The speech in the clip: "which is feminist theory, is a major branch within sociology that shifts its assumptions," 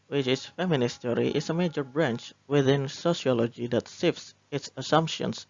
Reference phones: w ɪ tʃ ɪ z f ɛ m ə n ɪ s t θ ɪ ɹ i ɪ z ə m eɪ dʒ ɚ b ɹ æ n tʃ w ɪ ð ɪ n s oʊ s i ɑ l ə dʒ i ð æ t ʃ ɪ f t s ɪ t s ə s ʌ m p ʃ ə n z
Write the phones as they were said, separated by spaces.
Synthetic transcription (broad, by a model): w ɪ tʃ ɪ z f ɛ m ə n ɪ s t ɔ ɹ i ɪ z ə m eɪ dʒ ɚ b ɹ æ n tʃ w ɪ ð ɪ n s oʊ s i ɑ l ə dʒ i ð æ t s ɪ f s ɪ t s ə s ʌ m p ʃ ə n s